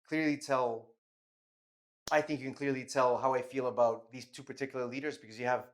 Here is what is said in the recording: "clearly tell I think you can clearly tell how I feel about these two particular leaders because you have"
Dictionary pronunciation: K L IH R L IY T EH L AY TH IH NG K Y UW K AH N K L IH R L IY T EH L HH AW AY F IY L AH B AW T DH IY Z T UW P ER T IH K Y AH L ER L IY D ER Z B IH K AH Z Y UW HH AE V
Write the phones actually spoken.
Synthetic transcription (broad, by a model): K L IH R L IY T EH L AY TH IH NG K Y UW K N K L IH R L IY T EH L HH AW AY F IY L AH B AW T DH IY Z T UW P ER T IH K Y L ER L IY D ER Z B IH K AH Z Y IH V